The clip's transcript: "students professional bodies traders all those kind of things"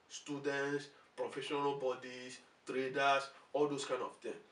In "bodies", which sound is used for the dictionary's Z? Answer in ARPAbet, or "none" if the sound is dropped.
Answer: S